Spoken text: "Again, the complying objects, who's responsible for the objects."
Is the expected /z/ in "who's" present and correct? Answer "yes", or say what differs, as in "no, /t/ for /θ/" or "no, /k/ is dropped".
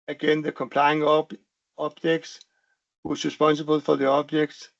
no, /s/ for /z/